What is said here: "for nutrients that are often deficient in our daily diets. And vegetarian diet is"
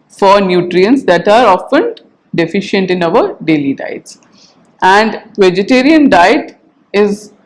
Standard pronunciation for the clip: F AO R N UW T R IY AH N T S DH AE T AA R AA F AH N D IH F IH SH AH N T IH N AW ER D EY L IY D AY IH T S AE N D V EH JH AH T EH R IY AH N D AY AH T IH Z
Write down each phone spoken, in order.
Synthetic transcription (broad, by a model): F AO R N UW T R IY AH N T S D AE T AA R AA F AH N D IH F IH SH AH N T IH N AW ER D EY L IY D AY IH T S AE N D V EH JH AH T EH R IY AH N D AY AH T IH Z